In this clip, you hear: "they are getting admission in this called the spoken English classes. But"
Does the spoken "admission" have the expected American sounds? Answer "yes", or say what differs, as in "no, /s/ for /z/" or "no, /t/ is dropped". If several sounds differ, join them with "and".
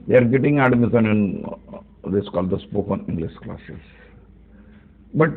no, /s/ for /ʃ/